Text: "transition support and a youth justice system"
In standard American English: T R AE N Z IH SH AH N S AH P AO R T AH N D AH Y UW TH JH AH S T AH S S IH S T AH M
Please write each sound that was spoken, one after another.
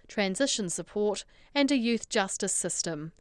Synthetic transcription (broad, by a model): T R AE N Z IH SH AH N S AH P AO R T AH N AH AH Y UW TH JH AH S T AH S S IH S T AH M